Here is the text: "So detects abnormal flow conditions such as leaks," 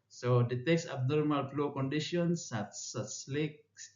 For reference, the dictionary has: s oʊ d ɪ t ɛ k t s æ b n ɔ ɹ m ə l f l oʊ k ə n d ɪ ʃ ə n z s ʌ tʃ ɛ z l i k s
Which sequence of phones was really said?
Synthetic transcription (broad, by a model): s oʊ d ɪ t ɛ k s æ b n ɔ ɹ m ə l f l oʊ k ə n d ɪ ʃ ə n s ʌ s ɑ s l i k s